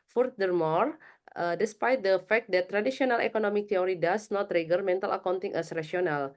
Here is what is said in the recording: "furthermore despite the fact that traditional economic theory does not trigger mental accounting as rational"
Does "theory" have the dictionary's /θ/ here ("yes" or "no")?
no